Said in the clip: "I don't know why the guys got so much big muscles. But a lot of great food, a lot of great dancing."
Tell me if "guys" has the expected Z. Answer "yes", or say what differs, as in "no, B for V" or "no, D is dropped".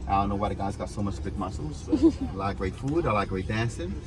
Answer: yes